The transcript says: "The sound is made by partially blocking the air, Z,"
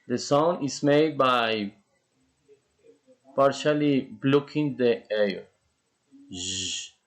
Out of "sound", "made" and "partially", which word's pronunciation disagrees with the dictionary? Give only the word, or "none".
sound